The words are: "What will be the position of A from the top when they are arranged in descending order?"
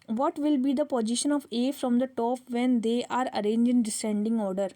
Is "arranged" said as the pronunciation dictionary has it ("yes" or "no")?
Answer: no